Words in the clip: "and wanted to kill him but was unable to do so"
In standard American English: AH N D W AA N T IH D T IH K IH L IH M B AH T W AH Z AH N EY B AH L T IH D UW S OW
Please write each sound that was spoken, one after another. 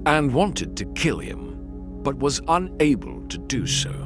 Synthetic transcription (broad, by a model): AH N W AA N T IH D T IH K IH L IH M B AH T W AH Z AH N EY B AH L T IH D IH S OW